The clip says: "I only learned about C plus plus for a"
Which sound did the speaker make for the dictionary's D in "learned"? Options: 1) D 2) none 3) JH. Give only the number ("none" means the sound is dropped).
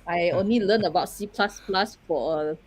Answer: 2